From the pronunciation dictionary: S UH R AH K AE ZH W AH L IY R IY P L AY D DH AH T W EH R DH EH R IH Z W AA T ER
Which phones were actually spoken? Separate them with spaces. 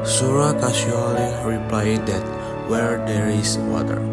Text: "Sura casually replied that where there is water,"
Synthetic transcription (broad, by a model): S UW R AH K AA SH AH L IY R IY P L AY D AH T W EH R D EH R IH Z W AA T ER